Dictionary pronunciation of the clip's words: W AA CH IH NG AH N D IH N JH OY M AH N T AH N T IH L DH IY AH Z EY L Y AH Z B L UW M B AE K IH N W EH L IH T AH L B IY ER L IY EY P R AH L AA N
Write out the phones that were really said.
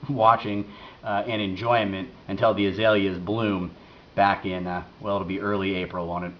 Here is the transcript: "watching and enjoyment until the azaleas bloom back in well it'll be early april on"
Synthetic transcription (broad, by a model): W AA CH IH NG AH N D IH N JH OY M AH N T AH N T IH L DH IY AH Z EY L Y AH Z B L UW M B AE K IH N W EH L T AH B IY ER L IY EY P R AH N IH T